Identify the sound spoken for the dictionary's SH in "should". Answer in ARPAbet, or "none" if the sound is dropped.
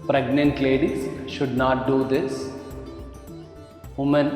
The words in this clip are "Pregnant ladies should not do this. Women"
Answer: SH